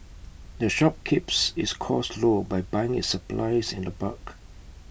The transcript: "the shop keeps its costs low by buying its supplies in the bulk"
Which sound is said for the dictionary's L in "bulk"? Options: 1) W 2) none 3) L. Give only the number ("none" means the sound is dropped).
2